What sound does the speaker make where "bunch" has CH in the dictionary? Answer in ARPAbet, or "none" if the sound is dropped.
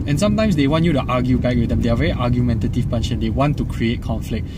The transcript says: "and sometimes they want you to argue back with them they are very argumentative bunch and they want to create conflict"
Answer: SH